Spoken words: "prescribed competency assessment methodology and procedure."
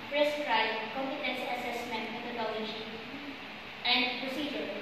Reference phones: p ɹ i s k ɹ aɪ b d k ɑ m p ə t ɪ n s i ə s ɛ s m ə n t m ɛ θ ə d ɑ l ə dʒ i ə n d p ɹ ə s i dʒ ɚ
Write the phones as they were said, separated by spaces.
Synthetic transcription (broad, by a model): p ɹ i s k ɹ aɪ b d k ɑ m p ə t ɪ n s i ə s ɛ s m ə n t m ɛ t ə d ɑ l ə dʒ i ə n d p ɹ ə s i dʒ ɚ